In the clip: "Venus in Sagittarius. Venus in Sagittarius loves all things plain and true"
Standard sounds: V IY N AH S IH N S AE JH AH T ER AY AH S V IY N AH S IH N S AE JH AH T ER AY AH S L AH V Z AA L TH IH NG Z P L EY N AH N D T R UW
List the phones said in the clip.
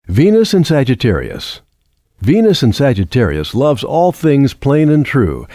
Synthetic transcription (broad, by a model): V IY N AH S IH N S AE JH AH T ER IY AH S V IY N AH S IH N S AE JH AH T ER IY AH S L AH V Z AA L TH IH NG Z P L EY N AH N T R UW